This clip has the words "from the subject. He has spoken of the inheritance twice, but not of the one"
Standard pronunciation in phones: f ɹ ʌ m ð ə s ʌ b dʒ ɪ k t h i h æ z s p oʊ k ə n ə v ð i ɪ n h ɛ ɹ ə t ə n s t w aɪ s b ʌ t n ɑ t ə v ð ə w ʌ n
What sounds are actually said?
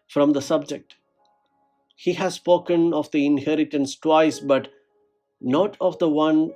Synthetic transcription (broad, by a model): f ɹ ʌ m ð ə s ʌ b dʒ ɪ k t h i h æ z s p oʊ k ə n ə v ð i ɪ n h ɛ ɹ ə t ə n s t w aɪ s b ʌ t n ɑ t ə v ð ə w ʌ n